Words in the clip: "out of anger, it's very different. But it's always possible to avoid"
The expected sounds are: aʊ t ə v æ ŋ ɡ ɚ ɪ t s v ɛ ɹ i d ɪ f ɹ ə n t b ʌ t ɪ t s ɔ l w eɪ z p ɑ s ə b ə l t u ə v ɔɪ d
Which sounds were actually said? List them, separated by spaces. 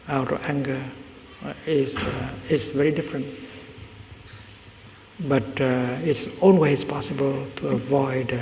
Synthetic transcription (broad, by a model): aʊ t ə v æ ŋ ɡ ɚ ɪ s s v ɛ ɹ i d ɪ f ɹ ə n t b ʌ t ɪ t s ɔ n w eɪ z p ɑ s ə b ə l t u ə v ɔɪ d